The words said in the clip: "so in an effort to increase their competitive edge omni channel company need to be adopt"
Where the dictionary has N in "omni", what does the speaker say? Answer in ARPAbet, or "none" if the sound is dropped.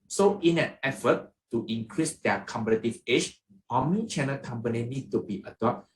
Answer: none